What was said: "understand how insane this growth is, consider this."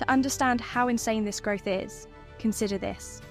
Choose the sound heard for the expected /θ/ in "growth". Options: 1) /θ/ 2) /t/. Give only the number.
1